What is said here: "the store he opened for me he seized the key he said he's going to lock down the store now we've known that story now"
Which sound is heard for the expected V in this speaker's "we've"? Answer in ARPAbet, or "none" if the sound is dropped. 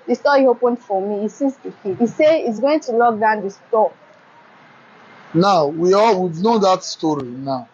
W